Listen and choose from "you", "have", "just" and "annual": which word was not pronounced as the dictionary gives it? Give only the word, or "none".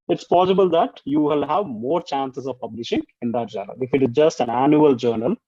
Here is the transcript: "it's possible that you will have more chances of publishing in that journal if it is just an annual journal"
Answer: none